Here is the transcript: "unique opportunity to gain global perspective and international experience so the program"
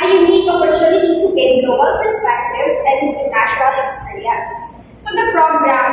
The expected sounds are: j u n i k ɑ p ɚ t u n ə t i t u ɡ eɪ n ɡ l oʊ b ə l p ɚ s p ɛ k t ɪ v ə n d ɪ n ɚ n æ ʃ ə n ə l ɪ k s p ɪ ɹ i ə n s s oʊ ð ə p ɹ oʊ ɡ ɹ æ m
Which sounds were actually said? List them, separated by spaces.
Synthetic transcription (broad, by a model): j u n i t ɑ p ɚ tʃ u l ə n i t u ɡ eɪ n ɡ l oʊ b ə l p ɚ s p ɛ k t ɪ v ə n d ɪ ɚ n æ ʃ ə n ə l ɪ k s p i ɹ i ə n s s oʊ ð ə p ɹ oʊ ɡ ɹ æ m